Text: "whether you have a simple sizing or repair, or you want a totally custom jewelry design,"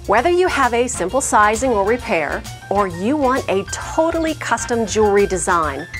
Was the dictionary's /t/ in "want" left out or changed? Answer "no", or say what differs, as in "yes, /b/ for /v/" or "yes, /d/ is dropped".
no